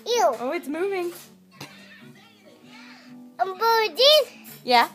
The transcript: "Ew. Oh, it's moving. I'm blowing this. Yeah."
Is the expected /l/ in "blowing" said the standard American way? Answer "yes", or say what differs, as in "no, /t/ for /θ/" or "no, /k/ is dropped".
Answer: no, /l/ is dropped